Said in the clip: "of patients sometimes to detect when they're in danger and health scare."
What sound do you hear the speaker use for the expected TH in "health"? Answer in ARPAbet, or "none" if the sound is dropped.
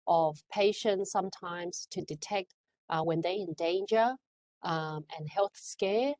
TH